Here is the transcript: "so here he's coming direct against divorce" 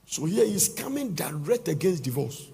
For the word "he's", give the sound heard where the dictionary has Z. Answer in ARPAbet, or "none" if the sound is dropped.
S